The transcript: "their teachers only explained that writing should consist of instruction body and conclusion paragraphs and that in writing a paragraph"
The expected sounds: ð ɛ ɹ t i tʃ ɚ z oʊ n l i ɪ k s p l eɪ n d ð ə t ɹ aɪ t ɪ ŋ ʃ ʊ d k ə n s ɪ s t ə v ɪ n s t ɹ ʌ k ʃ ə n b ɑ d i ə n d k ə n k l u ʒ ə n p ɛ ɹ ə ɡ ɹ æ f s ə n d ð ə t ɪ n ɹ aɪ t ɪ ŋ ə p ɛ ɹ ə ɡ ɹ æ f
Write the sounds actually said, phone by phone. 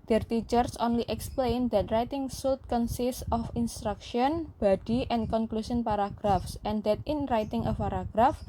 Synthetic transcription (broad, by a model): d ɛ ɹ t i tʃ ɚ s oʊ n l i ɪ k s p l eɪ n d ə t ɹ aɪ t ɪ ŋ s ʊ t k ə n s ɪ s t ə f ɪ n s t ɹ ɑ k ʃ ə n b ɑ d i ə n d k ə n k l u s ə n p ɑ ɹ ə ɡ ɹ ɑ f s ə n d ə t ɪ n ɹ aɪ t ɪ ŋ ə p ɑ ɹ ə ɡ ɹ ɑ f